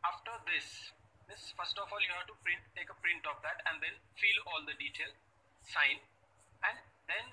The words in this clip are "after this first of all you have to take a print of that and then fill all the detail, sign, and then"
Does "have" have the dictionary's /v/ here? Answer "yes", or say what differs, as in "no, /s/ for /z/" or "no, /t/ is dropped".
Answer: no, /p/ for /v/